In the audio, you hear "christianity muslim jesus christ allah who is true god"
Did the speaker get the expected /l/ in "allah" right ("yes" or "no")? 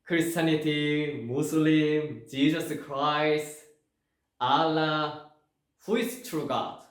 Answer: yes